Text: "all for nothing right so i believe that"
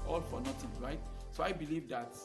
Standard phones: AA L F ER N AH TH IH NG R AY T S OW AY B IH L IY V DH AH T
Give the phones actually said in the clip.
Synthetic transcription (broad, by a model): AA L F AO N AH T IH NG R AY T S OW AY B IH L IY V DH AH T